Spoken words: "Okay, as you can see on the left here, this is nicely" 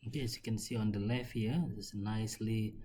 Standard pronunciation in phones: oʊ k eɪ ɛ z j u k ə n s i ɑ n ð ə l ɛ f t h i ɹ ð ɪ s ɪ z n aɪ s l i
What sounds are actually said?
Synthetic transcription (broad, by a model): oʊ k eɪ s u k ə n s i ɑ n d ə l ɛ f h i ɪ ɪ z n aɪ s l i